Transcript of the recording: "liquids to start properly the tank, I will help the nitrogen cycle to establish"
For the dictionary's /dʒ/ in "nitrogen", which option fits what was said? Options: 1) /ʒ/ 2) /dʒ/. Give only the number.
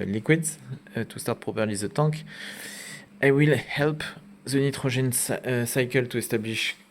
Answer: 1